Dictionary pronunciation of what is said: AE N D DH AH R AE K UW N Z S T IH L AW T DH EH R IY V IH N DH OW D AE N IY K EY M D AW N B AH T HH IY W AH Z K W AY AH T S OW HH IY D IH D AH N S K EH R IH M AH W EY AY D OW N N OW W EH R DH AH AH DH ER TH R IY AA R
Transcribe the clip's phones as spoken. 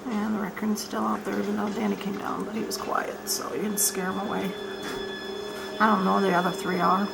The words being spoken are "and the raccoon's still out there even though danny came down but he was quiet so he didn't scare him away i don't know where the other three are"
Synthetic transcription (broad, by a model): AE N DH AH R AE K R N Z S T IH L AW T DH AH R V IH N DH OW D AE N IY K EY M D AW N B AH T HH IY W AH Z K W AY AH T S OW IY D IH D N S K EH R IH M AH W EY AY D OW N N OW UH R DH AH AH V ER TH R IY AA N